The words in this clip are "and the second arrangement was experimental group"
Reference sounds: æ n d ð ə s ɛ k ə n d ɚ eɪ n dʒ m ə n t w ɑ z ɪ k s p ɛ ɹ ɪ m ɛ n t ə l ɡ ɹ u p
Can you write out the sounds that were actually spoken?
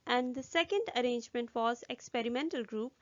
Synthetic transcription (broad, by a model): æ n d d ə s ɛ k ə n d ɚ eɪ n dʒ m ə n t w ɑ z ɪ k s p ɛ ɹ ɪ m ɛ n t ə l ɡ ɹ u p